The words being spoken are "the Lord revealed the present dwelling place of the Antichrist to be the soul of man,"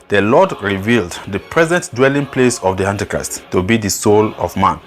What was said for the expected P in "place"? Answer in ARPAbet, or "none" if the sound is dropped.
P